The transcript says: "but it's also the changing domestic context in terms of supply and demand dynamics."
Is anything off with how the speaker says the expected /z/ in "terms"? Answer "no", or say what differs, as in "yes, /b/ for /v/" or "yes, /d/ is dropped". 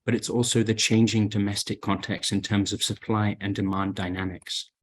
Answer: no